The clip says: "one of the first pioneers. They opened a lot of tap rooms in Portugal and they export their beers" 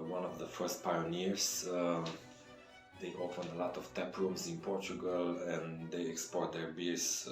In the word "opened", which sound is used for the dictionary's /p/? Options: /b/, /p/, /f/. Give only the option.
/f/